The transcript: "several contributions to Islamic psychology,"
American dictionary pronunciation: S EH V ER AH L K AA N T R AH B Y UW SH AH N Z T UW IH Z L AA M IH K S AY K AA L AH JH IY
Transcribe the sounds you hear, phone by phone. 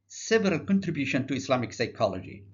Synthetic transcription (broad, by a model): S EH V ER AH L K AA N T R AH B Y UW SH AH N T UW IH S L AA M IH K S AY K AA L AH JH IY